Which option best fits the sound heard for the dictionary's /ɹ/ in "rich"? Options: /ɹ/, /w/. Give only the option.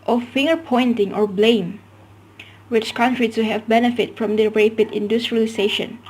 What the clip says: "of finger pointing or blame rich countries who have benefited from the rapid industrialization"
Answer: /w/